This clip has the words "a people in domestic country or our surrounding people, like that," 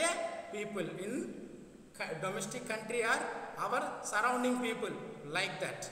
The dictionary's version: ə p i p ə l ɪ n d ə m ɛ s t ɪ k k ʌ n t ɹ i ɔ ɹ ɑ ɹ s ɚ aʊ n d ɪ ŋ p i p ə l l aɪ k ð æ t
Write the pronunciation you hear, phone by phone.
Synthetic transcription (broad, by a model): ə p i p ə l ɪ n d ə m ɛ s t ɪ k k ʌ n t ɹ i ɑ ɹ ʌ ɹ s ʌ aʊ n d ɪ ŋ p i p ə l l aɪ k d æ t